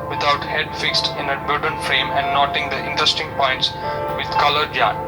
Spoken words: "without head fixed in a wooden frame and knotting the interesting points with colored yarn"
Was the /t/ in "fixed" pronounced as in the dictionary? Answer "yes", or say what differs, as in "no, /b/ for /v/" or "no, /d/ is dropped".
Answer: yes